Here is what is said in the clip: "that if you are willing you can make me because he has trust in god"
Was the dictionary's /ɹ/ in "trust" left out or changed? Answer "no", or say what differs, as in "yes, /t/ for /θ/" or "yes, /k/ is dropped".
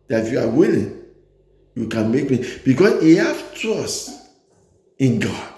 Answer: yes, /ɹ/ is dropped